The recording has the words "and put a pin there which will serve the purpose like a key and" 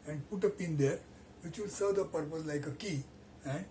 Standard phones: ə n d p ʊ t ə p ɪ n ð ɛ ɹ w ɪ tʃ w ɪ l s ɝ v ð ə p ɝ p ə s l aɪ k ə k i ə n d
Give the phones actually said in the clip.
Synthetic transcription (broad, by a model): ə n d p ʊ t ə p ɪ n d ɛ ɹ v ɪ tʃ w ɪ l s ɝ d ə p ɝ p ə s l aɪ k ə k i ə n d